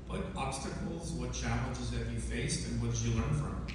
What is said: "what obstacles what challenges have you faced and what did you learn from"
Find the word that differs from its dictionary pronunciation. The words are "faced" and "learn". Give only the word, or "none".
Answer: none